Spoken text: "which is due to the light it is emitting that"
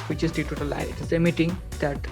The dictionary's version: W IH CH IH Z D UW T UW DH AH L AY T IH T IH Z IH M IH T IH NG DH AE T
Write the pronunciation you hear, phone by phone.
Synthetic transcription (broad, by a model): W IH CH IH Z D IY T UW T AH L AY IH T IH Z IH M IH T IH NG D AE T